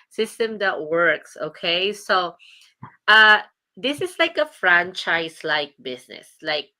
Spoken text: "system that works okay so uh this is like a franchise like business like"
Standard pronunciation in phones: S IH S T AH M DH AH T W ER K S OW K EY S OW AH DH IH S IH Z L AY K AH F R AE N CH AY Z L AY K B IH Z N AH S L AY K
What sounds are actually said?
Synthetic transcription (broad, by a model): S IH S T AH M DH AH T W ER K S OW K EY S OW AH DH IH S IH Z L AY K AH F R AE N CH AY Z L AY K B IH S N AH S L AY K